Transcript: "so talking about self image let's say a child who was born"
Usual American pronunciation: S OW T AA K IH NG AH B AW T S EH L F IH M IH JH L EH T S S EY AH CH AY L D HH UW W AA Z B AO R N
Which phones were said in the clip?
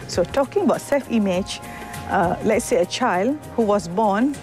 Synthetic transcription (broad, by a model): S OW T AA K IH NG AH B AW T S EH L F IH M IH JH L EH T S S EY AH CH AY L D HH UW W AA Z B AO N